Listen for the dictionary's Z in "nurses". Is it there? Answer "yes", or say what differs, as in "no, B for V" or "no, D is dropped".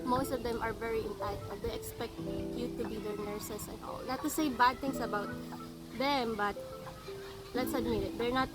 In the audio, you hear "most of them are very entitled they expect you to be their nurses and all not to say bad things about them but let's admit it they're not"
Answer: no, S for Z